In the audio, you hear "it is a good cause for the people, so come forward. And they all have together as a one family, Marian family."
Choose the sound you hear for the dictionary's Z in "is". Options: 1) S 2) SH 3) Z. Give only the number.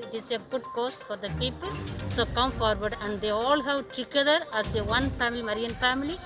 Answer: 1